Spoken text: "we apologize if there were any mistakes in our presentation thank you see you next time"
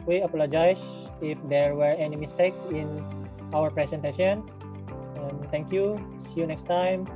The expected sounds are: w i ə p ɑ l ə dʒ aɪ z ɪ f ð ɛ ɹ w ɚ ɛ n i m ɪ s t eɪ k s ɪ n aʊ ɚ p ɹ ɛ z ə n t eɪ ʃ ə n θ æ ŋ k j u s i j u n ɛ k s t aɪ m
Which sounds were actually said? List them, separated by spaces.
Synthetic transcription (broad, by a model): w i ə p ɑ l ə dʒ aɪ s ɪ f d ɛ ɹ w ɚ ɛ n i m ɪ s t eɪ k s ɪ n aʊ ɚ p ɹ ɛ s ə n t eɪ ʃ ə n t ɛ ŋ k j u s i j u n ɛ k s t aɪ m